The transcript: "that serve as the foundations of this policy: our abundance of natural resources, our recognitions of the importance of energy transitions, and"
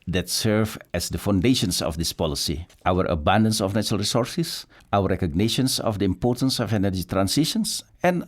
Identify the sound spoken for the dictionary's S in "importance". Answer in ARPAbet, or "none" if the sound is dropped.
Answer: S